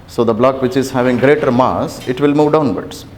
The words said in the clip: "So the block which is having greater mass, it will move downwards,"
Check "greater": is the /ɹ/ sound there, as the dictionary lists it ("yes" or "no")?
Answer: yes